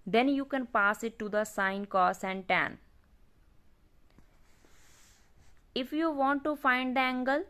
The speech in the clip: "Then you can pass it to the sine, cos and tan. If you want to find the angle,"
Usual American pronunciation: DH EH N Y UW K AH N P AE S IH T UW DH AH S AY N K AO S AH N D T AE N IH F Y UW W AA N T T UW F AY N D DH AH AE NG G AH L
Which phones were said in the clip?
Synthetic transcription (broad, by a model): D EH N Y UW K AH N P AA S IH T UW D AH S AY N K AO S AH N D T AE N IH F Y UW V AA N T T UW F AY N D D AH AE NG G AH L